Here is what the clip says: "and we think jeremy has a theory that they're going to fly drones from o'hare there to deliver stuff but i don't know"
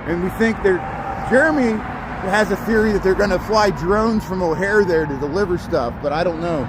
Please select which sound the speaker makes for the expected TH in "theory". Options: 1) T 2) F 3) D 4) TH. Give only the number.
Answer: 4